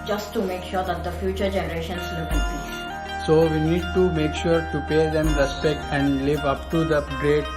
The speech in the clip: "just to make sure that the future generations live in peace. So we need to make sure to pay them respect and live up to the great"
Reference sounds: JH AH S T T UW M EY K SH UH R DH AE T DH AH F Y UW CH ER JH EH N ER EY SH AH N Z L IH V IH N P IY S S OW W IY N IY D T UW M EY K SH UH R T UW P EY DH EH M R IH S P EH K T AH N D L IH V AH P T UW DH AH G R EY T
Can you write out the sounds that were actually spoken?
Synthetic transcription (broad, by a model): JH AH S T T UW M EY K SH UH R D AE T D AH F Y UW CH ER JH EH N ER EY SH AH N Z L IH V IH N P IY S S OW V IY N IY D T UW M EY K SH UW R T UW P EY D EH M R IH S EH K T AH N D L IH V AH P T UW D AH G R EY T